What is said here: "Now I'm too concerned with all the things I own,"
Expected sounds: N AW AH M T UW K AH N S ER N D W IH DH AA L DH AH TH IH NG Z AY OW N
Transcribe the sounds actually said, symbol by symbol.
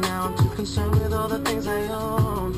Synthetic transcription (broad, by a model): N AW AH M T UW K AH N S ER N W IH DH AA L DH AH TH IH NG Z AY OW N